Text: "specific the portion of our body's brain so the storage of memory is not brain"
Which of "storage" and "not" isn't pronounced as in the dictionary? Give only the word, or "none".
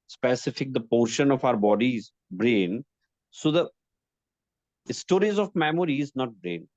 storage